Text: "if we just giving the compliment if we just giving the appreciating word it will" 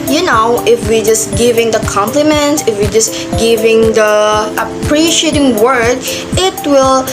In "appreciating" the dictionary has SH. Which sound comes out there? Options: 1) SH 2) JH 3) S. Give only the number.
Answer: 1